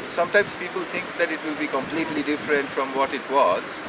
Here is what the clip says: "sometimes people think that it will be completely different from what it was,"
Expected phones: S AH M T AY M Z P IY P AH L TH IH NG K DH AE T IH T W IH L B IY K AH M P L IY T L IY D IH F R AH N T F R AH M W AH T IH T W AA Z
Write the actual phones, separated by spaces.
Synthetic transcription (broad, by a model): S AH M T AY M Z P IY P AH L T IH NG K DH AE T IH T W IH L B IY K AH M P L IY T L IY D IH F R AH N T F R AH M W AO T IH T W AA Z